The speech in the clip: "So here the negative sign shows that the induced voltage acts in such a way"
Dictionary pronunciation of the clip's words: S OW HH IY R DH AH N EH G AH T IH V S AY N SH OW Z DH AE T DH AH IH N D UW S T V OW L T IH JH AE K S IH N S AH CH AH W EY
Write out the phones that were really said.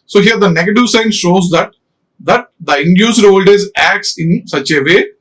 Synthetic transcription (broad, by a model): S OW HH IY R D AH N EH G AH T IH V S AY N SH OW Z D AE T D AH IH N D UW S T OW L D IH Z AE K S IH N S AH CH AH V EY